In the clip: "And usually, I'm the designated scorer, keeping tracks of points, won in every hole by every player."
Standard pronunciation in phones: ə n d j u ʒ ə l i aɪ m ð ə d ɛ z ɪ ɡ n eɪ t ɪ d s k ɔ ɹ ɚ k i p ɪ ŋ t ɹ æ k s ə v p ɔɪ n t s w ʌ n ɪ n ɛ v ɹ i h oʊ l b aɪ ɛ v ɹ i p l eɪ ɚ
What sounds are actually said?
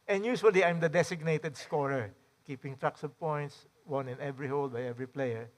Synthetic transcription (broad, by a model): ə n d j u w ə l i aɪ m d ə d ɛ s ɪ ɡ n eɪ t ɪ d s k ɔ ɹ ɚ k i p ɪ ŋ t ɹ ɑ k s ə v p ɔɪ n t s w ʌ n ɪ n ɛ v ɹ i h oʊ l b aɪ ɛ v ɹ i p l eɪ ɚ